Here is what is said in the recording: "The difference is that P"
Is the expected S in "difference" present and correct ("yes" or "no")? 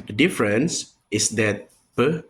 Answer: yes